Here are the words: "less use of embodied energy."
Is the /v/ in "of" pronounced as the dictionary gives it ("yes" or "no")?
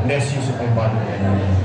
no